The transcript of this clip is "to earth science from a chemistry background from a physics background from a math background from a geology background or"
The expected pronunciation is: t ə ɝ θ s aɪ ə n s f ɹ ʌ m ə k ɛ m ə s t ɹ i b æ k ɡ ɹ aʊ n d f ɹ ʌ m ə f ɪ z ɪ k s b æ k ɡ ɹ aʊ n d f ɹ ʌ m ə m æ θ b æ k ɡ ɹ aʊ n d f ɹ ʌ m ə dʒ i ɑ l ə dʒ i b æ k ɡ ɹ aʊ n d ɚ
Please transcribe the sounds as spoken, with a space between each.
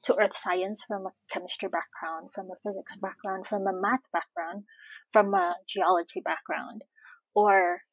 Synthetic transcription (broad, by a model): t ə ɝ θ s aɪ ə n s f ɹ ʌ m ə k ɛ m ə s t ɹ b æ k ɡ ɹ aʊ n d f ɹ ʌ m ə f ɪ z ɪ k s b æ k ɡ ɹ aʊ n d f ɹ ʌ m ə m æ θ b æ k ɡ ɹ aʊ n d f ɹ ʌ m ə dʒ i ɑ l ə dʒ i b æ k ɡ ɹ aʊ n d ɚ